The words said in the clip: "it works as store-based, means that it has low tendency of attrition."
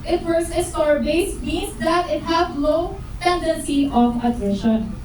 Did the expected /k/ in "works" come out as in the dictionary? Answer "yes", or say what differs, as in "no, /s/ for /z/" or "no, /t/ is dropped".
no, /k/ is dropped